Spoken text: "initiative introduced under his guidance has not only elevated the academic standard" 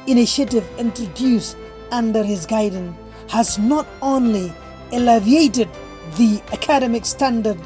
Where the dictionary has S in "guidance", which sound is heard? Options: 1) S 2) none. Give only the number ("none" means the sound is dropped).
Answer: 2